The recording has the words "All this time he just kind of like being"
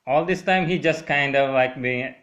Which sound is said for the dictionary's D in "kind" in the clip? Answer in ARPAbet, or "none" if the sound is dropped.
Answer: D